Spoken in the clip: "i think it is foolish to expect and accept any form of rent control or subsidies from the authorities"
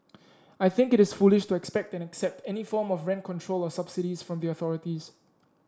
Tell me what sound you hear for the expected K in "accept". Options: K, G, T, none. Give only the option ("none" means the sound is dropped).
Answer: K